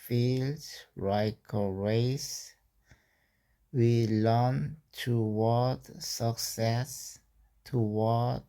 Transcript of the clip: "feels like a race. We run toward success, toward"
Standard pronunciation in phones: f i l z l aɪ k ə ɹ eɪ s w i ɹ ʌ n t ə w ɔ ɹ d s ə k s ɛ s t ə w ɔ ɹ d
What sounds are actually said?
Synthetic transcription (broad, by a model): f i l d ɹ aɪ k ə ɹ eɪ s w i l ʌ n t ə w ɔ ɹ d s ə k s ɛ s t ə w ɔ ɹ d